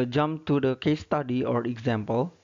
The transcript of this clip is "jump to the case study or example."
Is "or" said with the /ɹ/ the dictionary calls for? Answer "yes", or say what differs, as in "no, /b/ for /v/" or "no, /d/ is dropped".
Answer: yes